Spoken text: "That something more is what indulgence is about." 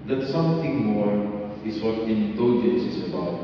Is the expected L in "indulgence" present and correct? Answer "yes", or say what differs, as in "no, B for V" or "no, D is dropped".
no, L is dropped